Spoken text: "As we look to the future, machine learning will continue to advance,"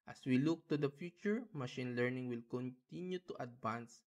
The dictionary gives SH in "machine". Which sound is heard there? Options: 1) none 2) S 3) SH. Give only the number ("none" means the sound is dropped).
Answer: 3